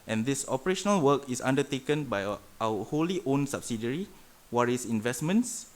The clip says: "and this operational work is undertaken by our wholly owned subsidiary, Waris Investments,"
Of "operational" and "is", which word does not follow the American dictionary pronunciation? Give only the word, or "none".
is